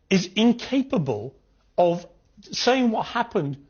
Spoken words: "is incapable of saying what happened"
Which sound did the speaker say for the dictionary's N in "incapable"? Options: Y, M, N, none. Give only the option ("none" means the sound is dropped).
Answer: N